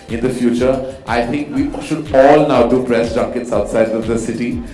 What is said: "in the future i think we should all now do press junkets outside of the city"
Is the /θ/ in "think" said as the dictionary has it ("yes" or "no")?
no